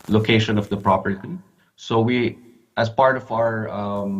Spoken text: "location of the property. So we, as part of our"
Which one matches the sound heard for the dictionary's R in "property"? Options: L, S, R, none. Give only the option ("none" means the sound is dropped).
R